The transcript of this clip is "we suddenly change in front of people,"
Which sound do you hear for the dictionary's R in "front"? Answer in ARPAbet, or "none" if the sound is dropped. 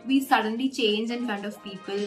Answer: none